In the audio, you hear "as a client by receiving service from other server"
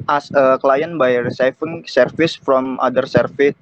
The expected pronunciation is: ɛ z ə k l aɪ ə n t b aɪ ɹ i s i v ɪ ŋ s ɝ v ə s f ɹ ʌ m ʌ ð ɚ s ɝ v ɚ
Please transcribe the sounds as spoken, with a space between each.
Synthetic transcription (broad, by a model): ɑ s ə k l aɪ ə n b aɪ ɹ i s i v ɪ ŋ s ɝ f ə s f ɹ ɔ m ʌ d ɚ s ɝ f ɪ